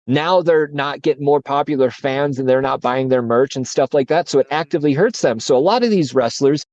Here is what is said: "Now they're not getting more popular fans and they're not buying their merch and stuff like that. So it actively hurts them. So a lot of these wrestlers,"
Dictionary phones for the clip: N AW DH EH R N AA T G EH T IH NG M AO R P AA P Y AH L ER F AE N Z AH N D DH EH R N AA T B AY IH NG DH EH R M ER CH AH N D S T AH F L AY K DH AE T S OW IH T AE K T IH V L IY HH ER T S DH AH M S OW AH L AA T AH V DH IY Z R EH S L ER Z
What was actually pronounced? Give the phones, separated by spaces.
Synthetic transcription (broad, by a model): N AW DH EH R N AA T G EH T IH NG M AO R P AA P Y L ER F AE N Z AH N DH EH R N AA T B AY IH NG DH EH R M ER CH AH N S T AH F L AY K DH AE T S OW IH T AE K T IH V L IY HH ER T S DH AH M S OW AH L AA T AH V DH IY Z R EH S L ER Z